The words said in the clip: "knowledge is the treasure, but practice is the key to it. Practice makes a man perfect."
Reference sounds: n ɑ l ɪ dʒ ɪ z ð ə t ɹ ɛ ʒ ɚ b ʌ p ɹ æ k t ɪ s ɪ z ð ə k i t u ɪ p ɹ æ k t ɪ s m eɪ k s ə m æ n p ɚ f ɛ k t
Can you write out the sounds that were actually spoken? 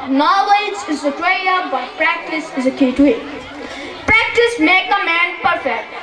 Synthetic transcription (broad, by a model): n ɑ l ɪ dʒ ɪ z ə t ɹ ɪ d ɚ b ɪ p ɹ æ k t ɪ s ɪ z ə k i t u ɪ p ɹ æ k t ɪ s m eɪ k ə m æ n p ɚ f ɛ k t